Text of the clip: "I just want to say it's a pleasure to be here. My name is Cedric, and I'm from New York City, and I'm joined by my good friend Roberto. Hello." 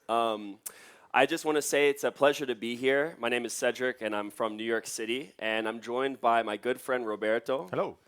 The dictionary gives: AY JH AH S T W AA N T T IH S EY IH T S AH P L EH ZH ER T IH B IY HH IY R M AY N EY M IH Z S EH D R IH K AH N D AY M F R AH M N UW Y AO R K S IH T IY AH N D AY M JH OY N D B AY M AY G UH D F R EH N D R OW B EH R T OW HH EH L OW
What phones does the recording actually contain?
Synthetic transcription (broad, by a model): AY JH AH S T W AA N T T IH S EY IH T S AH P L EH ZH ER T IH B IY HH IY R M AY N EY M IH Z S EH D R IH K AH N AY M F R AH M N UW Y AO R K S IH T IY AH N AY M JH OY N B AY M AY G UH D F R EH N D R OW B EH R T OW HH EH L OW